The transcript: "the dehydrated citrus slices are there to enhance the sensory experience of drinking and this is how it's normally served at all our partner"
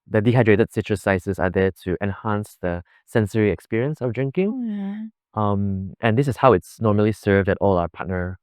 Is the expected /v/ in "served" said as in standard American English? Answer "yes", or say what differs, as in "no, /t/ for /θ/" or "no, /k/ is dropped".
yes